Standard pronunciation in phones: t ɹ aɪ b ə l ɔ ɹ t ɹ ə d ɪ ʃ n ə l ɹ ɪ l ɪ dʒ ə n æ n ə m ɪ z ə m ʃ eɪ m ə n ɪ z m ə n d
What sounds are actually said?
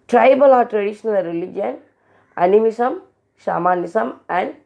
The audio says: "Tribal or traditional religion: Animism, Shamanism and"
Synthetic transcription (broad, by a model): t ɹ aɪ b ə l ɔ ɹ t ɹ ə d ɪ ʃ n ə l ɹ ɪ l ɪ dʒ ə n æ n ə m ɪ s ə m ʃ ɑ m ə n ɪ s m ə n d